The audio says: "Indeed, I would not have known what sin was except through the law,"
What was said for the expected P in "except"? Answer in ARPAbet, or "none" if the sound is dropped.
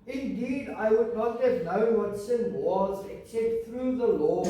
P